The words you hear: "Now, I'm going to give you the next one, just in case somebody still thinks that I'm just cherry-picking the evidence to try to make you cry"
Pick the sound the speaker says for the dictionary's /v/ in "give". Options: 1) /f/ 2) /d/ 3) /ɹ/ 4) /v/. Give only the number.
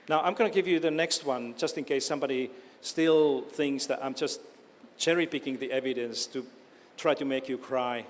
4